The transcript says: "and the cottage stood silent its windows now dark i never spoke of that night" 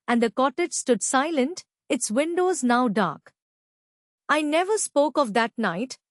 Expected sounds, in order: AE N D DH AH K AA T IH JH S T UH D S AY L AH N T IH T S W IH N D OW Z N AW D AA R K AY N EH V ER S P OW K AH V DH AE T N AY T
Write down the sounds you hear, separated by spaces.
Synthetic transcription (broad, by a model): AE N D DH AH K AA T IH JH S T UH D S AY L AH N T IH T S W IH N D OW Z N AW D AA R K AY N EH V ER S P OW K AH V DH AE T N AY T